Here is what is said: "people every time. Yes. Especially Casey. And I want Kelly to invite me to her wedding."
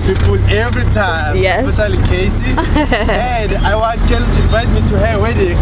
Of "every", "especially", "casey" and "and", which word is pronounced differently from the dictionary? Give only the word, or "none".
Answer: especially